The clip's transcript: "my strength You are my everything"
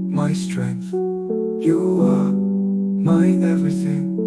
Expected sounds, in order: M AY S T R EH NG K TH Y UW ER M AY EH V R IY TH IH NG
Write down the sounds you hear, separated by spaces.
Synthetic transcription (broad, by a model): M AY S T R EH NG K TH Y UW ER M AY EH V R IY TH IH NG